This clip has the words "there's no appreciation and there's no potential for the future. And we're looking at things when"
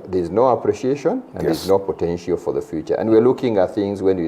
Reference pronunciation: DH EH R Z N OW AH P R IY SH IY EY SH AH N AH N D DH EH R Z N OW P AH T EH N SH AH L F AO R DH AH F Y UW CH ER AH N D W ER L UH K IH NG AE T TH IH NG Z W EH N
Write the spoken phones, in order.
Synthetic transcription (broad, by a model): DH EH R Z N OW AH P R IY SH IY EY SH AH N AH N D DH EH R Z N OW P AH T EH N SH AH L F AO R DH AH F Y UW CH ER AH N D W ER L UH K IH NG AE T TH IH NG Z W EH N